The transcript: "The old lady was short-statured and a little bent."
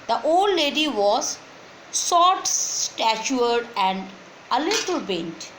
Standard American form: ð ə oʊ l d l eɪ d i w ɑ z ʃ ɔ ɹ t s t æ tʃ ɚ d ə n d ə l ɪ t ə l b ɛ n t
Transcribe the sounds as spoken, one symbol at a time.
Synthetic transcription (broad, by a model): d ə oʊ l d l eɪ d i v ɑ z s ɔ t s t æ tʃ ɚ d ə n d ə l ɪ t ə l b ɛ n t